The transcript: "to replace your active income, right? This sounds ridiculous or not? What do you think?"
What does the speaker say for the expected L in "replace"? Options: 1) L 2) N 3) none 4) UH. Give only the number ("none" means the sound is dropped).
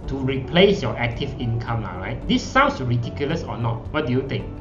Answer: 1